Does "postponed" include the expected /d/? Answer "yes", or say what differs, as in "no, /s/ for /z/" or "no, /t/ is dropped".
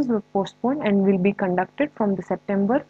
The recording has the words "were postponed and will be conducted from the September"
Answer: no, /d/ is dropped